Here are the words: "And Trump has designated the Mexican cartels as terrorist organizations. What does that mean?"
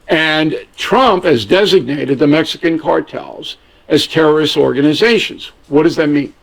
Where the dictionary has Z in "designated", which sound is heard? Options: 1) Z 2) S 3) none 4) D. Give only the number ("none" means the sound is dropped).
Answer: 1